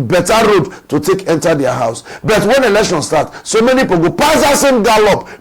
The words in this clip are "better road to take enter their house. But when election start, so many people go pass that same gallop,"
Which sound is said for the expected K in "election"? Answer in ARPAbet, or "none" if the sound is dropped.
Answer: K